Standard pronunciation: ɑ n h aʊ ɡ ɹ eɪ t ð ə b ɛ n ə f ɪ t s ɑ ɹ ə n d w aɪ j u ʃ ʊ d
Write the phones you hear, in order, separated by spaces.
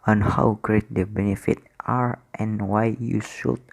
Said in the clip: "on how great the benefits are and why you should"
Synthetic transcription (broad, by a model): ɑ n h aʊ ɡ ɹ eɪ t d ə b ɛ n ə f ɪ t ɑ ɹ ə n w aɪ j u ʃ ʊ